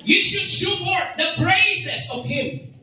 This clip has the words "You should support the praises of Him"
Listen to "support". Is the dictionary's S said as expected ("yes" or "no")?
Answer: no